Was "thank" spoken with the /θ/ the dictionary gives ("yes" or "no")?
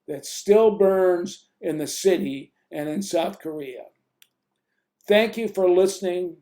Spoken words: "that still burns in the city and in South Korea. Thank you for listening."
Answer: yes